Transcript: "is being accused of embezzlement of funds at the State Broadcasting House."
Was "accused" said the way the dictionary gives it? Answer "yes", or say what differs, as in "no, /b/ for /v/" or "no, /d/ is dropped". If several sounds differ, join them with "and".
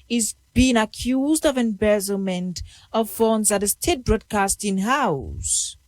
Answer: yes